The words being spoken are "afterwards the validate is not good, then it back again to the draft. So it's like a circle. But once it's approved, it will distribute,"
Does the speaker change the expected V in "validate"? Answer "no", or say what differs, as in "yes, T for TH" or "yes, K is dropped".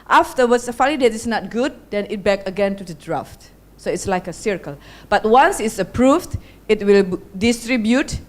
yes, F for V